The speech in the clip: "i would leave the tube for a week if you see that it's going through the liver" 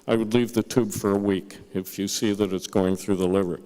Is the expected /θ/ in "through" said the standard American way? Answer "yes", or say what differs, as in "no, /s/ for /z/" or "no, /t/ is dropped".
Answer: yes